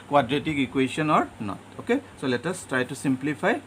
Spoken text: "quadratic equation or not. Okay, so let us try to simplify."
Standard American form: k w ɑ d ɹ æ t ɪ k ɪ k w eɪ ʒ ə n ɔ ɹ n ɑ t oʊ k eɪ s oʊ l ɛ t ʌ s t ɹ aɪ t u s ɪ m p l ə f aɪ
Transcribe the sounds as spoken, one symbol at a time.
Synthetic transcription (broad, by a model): k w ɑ d ɹ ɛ t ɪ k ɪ k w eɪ s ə n ɔ ɹ n ɑ t oʊ k eɪ s oʊ l ɛ t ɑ s t ɹ aɪ t u s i m p l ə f aɪ